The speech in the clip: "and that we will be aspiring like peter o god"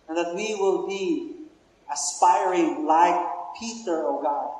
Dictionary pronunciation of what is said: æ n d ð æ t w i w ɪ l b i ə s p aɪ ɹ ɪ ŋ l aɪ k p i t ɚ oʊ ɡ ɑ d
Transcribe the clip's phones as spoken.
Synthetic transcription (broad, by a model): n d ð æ t w i w ɪ l b i ə s p aɪ ɹ ɪ ŋ l aɪ k p i t ɚ oʊ ɡ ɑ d